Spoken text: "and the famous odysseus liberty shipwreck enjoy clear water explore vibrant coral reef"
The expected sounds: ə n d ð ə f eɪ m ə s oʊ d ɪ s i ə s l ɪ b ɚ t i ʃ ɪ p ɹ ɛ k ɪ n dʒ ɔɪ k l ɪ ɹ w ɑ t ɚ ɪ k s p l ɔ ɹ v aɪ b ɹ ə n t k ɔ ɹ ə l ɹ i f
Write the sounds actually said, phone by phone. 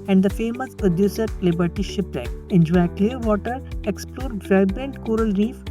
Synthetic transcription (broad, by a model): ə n d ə f eɪ m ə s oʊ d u s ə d l ɪ b ɚ t i ʃ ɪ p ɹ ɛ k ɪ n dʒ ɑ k l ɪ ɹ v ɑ t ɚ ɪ k s p l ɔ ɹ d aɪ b ə n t k ɔ ɹ ə l ɹ i f